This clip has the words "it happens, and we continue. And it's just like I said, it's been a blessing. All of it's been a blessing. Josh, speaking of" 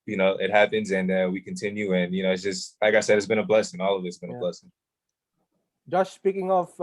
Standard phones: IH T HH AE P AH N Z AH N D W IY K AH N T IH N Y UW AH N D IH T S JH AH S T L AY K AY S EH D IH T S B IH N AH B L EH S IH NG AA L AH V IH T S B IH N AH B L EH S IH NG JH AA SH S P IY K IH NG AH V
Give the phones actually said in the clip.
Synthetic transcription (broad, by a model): IH T HH AE P AH N Z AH N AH W IY K AH N T IH N Y UW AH N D IH T S JH AH S T L AY K AY S EH D IH T S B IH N AH B L EH S IH NG AA L AH V IH T S B IH N AH B L EH S IH NG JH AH S S P IY K IH NG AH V